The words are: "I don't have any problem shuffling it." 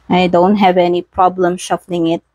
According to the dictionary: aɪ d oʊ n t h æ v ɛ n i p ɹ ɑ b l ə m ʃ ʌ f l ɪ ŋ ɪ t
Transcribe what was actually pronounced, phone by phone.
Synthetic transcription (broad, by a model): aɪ d oʊ n t h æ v ɛ n i p ɹ ɑ b l ə m ʃ ʌ f l ɪ ŋ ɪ t